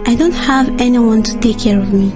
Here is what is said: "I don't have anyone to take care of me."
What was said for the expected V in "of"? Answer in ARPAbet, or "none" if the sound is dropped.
V